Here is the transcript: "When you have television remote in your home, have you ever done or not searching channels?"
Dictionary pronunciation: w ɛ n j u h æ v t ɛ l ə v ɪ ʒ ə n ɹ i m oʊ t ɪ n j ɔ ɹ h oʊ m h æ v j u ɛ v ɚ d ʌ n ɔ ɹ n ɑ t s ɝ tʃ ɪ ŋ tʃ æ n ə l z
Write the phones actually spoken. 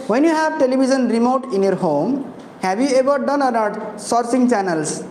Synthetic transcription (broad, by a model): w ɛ n j u h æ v t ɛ l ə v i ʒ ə n ɹ i m oʊ t ɪ n j ɔ ɹ h oʊ m h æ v j u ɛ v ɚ d ʌ n ɔ ɹ n ɑ t s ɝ s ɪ ŋ tʃ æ n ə l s